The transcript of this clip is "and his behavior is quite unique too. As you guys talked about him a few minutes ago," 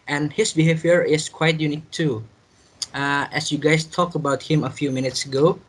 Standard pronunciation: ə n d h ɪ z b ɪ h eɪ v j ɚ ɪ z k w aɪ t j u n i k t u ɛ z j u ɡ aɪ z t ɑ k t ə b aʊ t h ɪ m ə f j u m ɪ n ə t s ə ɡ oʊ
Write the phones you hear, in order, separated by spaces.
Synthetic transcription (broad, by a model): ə n h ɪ s b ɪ h eɪ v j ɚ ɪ s k w aɪ t j u n i k t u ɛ s j u ɡ aɪ s t ɑ k ə b aʊ t h ɪ m ə f j u m ɪ n ə t s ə ɡ oʊ